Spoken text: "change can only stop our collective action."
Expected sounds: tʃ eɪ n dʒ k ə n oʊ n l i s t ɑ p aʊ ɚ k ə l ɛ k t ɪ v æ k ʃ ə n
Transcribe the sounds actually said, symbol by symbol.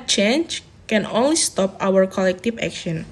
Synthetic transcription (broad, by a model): tʃ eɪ n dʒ k ə n oʊ n l i s t ɑ p aʊ ɚ k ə l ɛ k t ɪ f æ k ʃ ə n